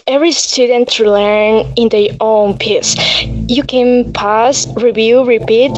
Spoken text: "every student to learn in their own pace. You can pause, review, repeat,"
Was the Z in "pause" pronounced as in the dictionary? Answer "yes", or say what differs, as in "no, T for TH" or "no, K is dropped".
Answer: no, S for Z